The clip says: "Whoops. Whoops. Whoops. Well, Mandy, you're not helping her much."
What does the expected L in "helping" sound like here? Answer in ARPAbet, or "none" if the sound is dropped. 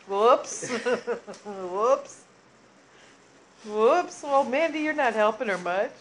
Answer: L